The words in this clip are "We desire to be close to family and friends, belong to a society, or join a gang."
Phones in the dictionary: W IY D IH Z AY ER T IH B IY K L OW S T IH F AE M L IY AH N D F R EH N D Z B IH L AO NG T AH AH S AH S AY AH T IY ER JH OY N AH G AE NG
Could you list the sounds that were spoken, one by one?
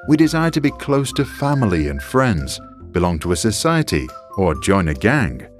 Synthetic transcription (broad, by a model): W IY D IH Z AY ER T IH B IY K L OW S T IH F AE M L IY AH N F R EH N D Z B IH L AO NG T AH AH S AH S AY AH T IY ER JH OY N AH G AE NG